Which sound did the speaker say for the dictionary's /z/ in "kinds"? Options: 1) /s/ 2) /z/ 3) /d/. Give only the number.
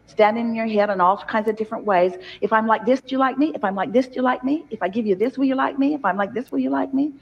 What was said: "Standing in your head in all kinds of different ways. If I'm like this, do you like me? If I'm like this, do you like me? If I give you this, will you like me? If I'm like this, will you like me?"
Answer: 2